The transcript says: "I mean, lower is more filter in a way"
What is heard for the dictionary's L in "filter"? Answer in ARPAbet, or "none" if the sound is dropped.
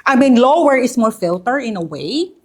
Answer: L